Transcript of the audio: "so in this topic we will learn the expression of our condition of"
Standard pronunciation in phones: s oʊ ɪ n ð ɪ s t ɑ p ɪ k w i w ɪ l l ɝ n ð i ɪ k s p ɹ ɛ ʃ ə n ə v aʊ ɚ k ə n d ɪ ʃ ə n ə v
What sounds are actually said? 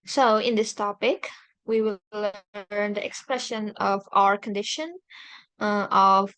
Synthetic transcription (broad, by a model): s oʊ ɪ n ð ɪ s t ɑ p ɪ k w i w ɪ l l ɝ n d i ɪ k s p ɹ ɛ ʃ ə n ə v aʊ ɚ k ə n d ɪ ʃ ə n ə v